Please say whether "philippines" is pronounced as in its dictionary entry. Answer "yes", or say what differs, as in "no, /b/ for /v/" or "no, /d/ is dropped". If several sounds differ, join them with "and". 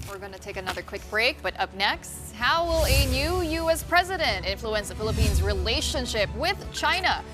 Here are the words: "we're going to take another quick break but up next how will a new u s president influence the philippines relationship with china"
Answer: yes